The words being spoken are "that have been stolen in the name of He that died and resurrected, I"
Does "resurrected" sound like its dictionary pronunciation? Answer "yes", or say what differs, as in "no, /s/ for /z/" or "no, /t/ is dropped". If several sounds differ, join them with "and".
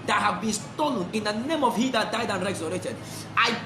no, /k/ is dropped